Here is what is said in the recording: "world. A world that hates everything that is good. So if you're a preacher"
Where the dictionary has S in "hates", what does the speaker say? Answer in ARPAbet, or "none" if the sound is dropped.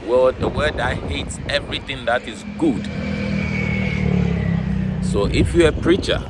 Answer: S